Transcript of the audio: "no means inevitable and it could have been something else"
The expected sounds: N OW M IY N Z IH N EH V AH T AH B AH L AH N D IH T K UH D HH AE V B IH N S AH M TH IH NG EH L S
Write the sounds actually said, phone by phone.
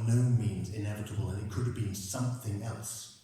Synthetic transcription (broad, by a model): N OW M IY N Z IH N EH V AH T AH B AH L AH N IH T K UH D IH V B IH N S AH M TH IH NG EH L S